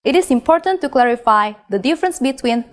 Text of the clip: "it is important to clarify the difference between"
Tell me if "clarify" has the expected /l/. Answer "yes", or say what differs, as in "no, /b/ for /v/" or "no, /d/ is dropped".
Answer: yes